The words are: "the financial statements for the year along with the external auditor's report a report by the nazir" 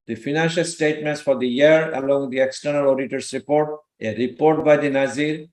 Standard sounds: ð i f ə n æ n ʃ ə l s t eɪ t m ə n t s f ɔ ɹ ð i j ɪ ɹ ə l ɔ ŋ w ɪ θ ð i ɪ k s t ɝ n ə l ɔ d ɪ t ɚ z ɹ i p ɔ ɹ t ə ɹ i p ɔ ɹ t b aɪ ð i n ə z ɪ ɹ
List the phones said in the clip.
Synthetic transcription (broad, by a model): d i f ə n æ n ʃ ə l s t eɪ t m ə n t s f ɔ ɹ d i j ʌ ɹ ə l ɔ ŋ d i ɪ k s t ɝ n ə l ɔ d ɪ t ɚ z ɹ i p ɔ ɹ t ə ɹ i p ɔ ɹ t b aɪ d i n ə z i ɹ